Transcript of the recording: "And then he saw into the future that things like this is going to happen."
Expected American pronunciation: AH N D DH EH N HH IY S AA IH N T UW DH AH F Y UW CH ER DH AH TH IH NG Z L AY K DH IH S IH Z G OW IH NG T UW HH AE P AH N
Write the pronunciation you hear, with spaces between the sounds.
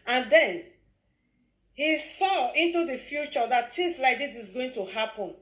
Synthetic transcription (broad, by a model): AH N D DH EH N HH IY S AA IH N T UW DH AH F Y UW CH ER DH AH T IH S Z L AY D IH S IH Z G OW IH NG T UW HH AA P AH N